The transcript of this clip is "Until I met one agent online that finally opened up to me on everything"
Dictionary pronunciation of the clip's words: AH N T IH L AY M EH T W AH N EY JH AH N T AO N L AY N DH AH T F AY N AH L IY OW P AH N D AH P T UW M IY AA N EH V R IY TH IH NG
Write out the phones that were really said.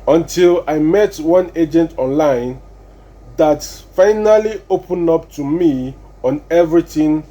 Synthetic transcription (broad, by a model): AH N T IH L AY M EH T W AH N EY JH AH N T AO N L AY N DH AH T F AY N AH L IY OW P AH N AH P T UW M IY AA N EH V R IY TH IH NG